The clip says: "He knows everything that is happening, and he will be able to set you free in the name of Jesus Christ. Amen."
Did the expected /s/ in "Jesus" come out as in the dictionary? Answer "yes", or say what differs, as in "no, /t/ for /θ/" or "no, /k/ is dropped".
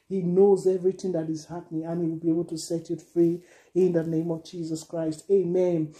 yes